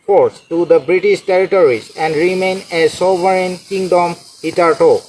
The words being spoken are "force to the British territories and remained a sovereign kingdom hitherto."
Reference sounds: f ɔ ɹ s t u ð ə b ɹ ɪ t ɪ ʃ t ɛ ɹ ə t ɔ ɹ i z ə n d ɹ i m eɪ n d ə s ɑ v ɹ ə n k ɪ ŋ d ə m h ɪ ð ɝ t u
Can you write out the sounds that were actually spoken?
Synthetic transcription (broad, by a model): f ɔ ɹ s t u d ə b ɹ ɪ t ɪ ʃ t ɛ ɹ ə t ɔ ɹ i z ə n d ɹ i m eɪ n ə s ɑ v ɹ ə n k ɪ ŋ d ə m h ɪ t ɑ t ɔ